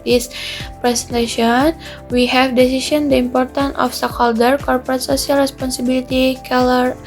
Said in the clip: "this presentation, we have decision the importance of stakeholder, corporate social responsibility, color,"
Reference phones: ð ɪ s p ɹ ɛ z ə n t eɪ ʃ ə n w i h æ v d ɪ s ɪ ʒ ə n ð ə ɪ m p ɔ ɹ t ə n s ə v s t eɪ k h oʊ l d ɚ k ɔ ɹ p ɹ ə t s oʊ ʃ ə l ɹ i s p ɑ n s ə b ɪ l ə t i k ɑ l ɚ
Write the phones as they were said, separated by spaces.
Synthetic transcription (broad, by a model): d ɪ s p ɹ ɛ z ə n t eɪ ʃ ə n w i h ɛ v d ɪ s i s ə n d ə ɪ m p ɔ ɹ t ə n ə f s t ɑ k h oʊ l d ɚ k ɔ ɹ p ɹ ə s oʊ s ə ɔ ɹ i s p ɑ n s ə b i l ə t i k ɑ l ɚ